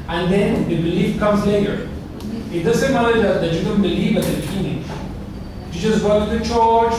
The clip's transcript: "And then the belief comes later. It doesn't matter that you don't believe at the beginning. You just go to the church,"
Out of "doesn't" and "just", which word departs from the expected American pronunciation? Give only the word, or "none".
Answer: doesn't